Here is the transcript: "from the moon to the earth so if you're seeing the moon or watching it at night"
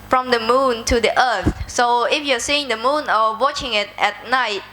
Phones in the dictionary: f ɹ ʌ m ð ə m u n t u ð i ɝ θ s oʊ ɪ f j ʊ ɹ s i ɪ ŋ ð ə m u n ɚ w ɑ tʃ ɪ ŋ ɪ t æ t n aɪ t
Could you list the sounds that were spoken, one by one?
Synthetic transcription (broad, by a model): f ɹ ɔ m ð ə m u n t u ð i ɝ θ s oʊ ɪ f j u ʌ s i ɪ ŋ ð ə m u n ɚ w ɑ tʃ ɪ ŋ ɪ t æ t n aɪ t